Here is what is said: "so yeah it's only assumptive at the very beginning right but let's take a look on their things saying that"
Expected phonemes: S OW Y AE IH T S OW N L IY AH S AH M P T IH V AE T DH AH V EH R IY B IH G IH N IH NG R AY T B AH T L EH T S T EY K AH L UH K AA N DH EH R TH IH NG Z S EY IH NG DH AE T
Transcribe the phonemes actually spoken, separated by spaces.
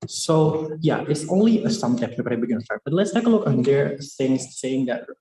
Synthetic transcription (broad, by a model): S OW Y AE IH T S OW N L IY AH S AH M T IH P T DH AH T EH IY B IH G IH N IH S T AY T B AH T L EH T S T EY K AH L UH K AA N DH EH R S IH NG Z S EY IH NG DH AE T